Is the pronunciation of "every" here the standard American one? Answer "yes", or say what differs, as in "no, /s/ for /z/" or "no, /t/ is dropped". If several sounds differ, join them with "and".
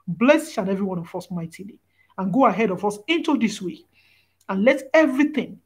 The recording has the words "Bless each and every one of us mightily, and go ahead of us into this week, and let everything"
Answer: yes